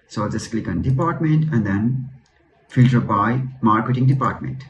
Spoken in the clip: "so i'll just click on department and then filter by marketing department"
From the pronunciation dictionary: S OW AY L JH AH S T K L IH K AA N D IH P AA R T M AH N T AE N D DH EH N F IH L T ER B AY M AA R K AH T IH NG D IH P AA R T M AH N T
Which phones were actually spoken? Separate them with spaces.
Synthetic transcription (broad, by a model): S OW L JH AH S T K L IH K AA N D IH P AA R T M AH N T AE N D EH N F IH L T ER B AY M AA R K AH T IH NG D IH P AA R T M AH N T